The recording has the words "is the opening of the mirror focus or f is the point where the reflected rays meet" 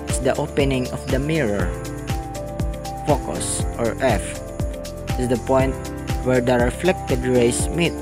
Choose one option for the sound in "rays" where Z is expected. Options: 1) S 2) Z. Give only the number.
1